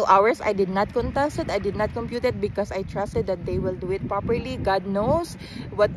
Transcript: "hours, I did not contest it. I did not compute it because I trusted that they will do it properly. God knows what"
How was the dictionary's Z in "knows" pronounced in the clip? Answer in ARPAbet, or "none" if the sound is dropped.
S